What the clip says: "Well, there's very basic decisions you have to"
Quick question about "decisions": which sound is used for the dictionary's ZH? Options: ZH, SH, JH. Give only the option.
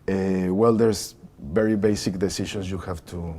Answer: SH